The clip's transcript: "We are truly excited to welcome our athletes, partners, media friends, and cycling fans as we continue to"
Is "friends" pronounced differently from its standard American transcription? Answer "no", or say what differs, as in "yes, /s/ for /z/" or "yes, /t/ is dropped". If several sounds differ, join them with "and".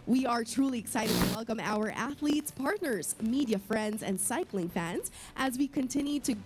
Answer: no